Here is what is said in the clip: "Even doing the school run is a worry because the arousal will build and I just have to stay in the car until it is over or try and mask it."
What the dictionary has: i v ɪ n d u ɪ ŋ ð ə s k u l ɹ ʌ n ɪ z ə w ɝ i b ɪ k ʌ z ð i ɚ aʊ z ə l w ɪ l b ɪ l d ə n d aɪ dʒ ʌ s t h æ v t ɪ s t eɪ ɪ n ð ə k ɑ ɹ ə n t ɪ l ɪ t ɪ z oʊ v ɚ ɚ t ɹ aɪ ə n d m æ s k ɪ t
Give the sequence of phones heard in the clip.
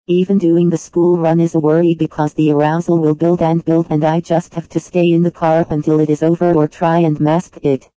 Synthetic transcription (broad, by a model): i v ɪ n d u ɪ ŋ ð ə s k u l ɹ ʌ n ɪ z ə w ɝ i b ɪ k ʌ z ð i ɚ aʊ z l w ɪ l b ɪ l d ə n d aɪ dʒ ʌ s t h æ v t ɪ s t eɪ ɪ n ð ə k ɑ ɹ ə n t ɪ l ɪ t ɪ z oʊ v ɚ ɚ t ɹ aɪ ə n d m æ s k ɪ t